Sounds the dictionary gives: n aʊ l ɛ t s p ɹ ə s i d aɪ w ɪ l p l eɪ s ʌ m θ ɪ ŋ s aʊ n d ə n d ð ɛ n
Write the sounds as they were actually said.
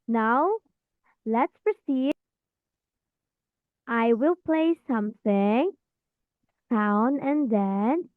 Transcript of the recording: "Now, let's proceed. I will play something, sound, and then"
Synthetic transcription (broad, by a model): n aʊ l ɛ t s p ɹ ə s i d aɪ w ɪ l p l eɪ s ʌ m θ ɪ ŋ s aʊ n ə n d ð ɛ n